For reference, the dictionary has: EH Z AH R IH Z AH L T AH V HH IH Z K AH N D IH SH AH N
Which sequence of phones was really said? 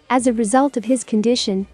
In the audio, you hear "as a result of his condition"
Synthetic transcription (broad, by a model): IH Z AH R IH Z AH L T AH V IH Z K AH N D IH SH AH N